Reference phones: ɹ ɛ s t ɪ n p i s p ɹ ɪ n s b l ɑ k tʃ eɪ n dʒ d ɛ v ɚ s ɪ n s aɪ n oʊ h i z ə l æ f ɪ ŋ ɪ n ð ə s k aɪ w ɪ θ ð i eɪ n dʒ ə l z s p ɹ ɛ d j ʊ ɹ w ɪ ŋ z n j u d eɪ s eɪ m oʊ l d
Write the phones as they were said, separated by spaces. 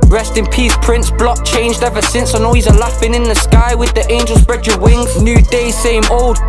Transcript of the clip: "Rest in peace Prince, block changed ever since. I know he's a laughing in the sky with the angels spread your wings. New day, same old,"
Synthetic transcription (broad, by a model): ɹ ɛ s t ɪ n p i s p ɹ ɪ n s b l ɑ k tʃ eɪ n dʒ d ɛ v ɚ s ɪ n s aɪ n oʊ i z ə l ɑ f ɪ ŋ ɪ n ð ə s k aɪ w ɪ ð i eɪ n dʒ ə l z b ɹ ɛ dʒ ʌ w ɪ ŋ z n j u d eɪ s eɪ m oʊ l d